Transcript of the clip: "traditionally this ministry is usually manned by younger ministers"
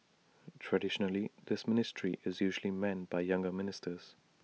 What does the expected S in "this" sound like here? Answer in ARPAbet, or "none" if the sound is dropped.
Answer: S